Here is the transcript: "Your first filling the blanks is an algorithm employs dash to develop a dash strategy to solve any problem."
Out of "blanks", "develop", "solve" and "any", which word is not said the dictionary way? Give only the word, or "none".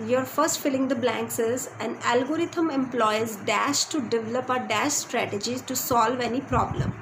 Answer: none